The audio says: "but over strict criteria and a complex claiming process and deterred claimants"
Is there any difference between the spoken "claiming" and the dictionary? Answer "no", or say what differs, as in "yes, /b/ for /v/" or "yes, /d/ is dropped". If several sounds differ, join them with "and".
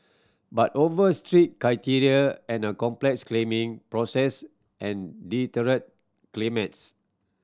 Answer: no